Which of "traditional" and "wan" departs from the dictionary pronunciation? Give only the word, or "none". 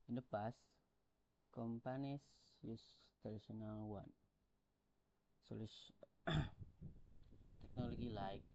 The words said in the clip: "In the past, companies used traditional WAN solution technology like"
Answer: traditional